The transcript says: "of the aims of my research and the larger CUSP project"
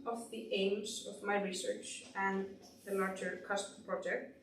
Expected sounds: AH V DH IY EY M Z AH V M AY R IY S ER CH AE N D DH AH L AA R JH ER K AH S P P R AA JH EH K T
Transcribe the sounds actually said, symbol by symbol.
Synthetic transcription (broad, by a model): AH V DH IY EY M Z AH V M AY R IY S ER CH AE N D DH AH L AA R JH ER K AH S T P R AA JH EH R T